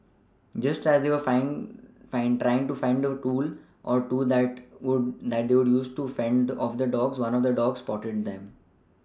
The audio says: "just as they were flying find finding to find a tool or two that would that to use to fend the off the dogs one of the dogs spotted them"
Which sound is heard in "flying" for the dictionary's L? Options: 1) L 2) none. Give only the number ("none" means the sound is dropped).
2